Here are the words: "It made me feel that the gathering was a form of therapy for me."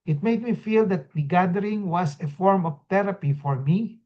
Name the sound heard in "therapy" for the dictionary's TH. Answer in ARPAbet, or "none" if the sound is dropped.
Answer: T